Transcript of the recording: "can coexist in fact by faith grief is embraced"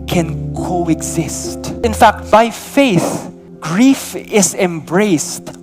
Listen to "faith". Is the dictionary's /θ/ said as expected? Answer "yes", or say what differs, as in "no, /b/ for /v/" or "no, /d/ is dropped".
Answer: yes